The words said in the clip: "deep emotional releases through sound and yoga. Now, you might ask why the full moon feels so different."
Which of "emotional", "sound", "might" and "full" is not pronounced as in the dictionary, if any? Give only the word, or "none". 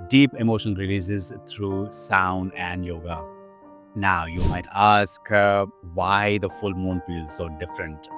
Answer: emotional